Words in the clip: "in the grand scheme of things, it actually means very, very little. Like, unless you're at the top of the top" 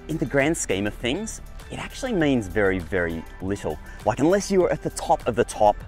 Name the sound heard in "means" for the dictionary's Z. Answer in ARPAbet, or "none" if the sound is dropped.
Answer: Z